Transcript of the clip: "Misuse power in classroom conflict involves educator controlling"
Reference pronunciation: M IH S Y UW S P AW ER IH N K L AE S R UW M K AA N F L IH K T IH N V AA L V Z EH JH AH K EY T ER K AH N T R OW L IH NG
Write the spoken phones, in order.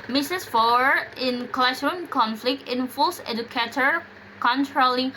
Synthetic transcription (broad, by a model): M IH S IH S F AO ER IH N K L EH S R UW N K AA N F L IH K T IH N F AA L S EH JH AH K EY T ER K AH N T R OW L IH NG